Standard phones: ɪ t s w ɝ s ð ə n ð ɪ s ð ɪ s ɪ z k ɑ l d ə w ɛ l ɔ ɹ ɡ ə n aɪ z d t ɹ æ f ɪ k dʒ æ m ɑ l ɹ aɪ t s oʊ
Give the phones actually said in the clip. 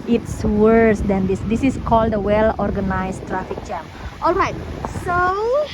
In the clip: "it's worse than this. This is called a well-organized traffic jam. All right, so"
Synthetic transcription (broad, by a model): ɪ t s w ɝ s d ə n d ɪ s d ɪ s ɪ s k ɑ l d ə w ɛ l ɔ ɹ ɡ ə n aɪ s t ɹ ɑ f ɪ k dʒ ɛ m ɑ l ɹ aɪ t s oʊ